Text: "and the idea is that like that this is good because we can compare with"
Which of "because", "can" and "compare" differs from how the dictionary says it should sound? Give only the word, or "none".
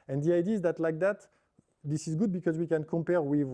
none